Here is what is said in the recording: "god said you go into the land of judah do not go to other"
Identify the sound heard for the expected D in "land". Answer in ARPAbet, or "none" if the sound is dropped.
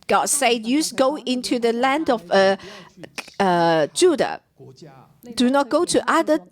D